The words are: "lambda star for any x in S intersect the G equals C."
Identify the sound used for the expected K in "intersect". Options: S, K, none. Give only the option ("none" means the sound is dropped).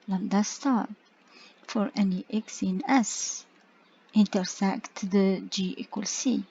K